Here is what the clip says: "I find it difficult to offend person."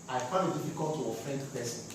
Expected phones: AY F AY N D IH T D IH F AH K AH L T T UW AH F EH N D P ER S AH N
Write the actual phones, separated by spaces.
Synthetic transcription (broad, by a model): AY F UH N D IH T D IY F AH K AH L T T UW AH F EH N D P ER S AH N